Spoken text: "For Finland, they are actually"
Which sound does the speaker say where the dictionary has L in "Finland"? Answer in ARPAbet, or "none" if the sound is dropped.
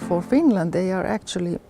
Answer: L